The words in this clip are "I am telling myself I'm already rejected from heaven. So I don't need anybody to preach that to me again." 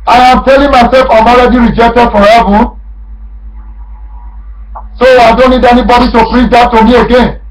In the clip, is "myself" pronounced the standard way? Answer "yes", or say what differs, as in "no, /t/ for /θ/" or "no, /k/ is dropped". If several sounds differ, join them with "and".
yes